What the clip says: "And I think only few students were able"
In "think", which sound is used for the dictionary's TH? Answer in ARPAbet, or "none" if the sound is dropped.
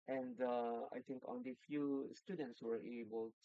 T